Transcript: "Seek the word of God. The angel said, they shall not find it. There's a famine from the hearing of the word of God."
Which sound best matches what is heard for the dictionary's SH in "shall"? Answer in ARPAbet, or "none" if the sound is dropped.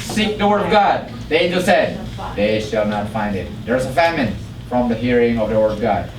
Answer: SH